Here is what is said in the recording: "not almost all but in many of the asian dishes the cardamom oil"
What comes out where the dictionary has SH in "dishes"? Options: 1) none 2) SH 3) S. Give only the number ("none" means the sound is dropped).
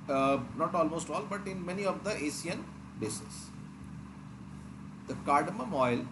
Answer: 3